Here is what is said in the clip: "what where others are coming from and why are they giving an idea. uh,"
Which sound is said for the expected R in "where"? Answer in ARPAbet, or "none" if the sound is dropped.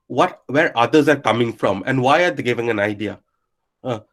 R